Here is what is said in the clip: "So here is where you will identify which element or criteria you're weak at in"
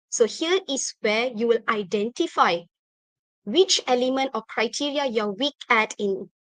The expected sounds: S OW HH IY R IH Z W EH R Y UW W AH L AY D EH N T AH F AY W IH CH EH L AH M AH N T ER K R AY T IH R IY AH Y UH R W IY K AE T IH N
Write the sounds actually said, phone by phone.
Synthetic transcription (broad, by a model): S OW HH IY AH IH S W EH Y UW W AH L AY D EH N T AH F AY W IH CH EH L AH M AH N T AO K R AY T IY R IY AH Y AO W IY K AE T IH N